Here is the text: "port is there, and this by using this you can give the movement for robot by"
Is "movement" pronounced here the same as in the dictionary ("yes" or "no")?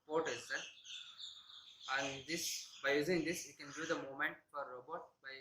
no